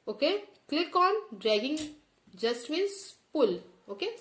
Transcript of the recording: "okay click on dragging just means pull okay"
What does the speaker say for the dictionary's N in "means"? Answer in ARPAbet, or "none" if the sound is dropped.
none